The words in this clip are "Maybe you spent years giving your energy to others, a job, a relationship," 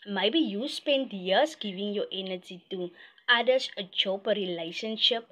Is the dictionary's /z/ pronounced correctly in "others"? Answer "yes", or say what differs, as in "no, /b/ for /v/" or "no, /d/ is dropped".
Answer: no, /s/ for /z/